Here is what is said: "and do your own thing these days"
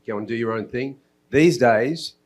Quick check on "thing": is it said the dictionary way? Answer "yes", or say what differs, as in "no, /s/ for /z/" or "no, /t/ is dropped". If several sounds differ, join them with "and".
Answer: yes